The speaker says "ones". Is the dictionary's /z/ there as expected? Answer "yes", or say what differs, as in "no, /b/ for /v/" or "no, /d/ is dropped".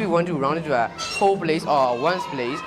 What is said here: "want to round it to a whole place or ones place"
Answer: no, /s/ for /z/